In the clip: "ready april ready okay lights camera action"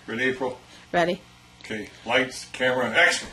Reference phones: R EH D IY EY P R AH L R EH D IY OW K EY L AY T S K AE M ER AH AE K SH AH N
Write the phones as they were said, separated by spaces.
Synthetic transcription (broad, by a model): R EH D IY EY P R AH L R EH D IY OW K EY L AY T S K AE M ER AH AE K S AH